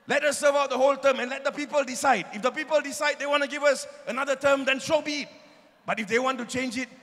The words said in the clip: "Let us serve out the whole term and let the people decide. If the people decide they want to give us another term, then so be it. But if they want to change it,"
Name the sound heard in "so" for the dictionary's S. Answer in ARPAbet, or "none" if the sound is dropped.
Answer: SH